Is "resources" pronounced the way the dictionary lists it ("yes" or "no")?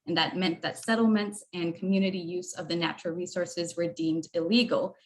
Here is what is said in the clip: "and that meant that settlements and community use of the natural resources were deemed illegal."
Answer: yes